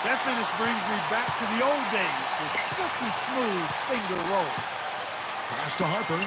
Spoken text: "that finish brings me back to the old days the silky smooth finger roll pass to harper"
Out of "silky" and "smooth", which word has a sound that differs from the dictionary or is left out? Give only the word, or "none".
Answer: silky